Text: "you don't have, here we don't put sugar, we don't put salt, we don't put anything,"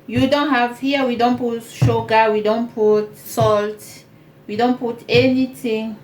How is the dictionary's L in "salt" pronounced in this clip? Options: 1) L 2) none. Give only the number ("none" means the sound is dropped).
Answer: 1